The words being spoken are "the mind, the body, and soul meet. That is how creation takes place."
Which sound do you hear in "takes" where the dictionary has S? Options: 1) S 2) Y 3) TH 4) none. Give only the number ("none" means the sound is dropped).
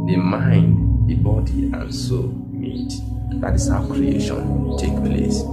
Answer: 4